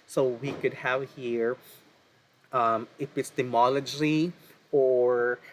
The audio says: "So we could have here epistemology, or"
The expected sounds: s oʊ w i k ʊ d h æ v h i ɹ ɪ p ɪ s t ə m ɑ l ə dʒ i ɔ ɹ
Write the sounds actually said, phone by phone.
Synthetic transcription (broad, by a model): s oʊ w i k ʊ d h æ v h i ɹ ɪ f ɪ s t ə m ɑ l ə dʒ i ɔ ɹ